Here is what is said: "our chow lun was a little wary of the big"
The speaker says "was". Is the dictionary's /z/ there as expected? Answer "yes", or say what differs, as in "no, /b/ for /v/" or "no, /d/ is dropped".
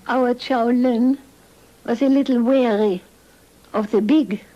no, /s/ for /z/